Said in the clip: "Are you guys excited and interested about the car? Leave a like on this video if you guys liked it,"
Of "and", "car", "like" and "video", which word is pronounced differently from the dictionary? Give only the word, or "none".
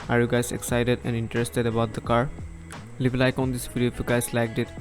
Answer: video